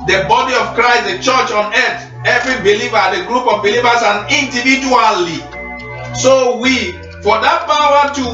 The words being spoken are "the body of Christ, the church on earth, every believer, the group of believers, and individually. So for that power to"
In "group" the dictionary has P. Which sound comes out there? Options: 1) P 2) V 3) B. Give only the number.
1